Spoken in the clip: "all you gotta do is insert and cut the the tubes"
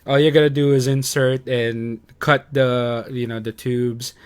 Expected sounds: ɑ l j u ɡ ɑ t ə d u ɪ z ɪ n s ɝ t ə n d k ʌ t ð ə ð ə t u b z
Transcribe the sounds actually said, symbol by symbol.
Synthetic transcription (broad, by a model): ɑ l j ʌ ɡ ɑ t ə d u ɪ z ɪ n s ɝ t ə n k ʌ t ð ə ð ə t u b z